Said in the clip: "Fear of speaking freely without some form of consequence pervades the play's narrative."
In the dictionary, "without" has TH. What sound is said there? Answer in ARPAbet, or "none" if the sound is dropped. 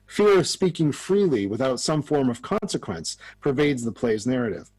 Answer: TH